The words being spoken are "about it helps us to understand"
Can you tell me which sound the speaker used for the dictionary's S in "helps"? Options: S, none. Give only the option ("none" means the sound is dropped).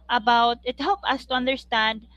none